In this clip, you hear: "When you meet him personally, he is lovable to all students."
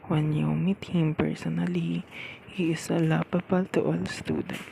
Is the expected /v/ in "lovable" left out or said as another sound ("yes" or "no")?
yes